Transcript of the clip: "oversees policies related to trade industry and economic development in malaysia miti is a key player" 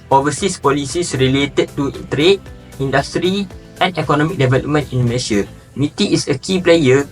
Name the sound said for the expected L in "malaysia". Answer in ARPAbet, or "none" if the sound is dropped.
N